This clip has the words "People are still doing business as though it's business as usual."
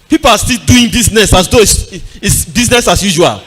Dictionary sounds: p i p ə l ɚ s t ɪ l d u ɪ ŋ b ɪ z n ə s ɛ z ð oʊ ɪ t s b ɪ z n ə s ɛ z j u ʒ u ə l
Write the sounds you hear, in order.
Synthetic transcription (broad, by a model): p i p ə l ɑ s t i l d u ɪ ŋ b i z n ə s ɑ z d oʊ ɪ s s b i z n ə s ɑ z j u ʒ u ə l